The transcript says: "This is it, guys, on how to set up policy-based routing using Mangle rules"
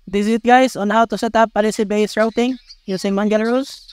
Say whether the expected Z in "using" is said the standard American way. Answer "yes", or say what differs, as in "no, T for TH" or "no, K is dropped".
no, S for Z